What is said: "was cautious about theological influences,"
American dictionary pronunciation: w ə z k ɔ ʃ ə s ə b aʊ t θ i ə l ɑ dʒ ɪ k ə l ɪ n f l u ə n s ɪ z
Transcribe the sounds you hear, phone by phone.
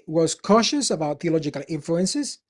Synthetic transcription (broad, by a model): w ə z k ɔ ʃ ə s ə b aʊ t θ i ə l ɑ dʒ ɪ k ə l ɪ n f l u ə n s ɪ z